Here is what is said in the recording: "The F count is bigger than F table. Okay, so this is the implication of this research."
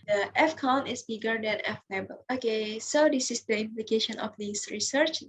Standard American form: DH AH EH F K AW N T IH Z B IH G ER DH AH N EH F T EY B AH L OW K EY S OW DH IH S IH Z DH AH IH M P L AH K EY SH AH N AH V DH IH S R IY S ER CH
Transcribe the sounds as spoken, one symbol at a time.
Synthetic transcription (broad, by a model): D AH EH F K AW N IH S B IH G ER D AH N EH F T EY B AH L OW K EY S OW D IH S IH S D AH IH M P L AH K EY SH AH N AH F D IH S R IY S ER CH